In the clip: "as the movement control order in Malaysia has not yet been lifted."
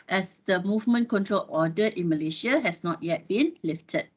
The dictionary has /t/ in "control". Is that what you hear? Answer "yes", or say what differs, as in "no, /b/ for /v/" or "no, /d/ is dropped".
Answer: yes